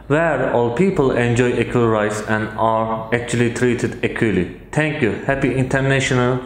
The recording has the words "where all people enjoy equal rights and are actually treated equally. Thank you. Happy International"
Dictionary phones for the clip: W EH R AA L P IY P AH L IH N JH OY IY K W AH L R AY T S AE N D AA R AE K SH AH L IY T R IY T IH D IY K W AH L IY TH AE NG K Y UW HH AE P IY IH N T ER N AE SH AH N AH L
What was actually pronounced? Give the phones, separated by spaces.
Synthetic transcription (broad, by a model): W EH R AA L P IY P AH L IH N JH OY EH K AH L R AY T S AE N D AA R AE K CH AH L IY T R IY T IH D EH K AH L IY T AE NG K Y UW HH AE P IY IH N T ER N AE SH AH N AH L